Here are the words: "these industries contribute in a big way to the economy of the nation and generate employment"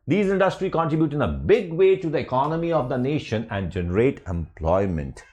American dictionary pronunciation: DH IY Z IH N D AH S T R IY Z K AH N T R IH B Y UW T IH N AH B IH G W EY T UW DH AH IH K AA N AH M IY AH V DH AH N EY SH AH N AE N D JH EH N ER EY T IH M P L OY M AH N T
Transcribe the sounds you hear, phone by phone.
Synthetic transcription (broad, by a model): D IY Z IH N D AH S T R IY K AH N T R IH B Y UW T IH N AH B IH G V EY T UW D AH IH K AA N AH M IY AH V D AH N EY SH AH N AE N D JH EH N ER EY T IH M P L OY M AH N T